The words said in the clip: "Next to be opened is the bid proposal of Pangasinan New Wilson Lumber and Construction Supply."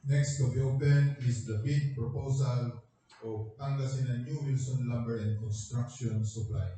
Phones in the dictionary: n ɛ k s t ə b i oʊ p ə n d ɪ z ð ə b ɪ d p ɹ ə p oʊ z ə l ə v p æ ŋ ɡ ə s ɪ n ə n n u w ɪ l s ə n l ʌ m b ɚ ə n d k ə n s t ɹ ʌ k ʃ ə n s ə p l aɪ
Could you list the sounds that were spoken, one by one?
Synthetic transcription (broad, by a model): n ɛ k s t ə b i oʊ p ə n ɪ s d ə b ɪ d p ɹ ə p oʊ s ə l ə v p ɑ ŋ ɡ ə s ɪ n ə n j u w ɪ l s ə n l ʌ m b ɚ ə n d k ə n s t ɹ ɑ k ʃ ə n s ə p l aɪ